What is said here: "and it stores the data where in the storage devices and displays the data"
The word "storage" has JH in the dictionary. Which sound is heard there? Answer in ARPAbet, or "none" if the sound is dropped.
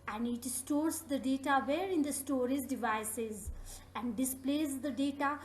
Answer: Z